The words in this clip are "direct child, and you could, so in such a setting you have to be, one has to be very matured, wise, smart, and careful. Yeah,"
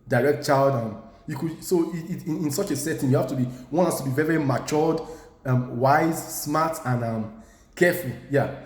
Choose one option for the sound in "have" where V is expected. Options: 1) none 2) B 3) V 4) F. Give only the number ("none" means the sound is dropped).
4